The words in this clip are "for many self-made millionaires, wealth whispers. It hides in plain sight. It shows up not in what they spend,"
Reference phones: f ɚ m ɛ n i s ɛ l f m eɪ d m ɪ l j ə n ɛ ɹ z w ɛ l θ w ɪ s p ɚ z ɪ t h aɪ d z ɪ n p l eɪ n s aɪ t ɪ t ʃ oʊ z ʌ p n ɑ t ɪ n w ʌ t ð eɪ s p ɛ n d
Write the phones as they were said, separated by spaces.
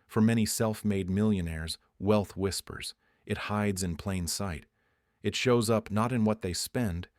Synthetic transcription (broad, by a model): f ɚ m ɛ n i s ɛ l f m eɪ d m ɪ l j ə n ɛ ɹ z w ɛ l θ w ɪ s p ɚ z ɪ t h aɪ d z ɪ n p l eɪ n s aɪ t ɪ t ʃ oʊ z ʌ p n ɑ t ɪ n w ʌ t ð eɪ s p ɛ n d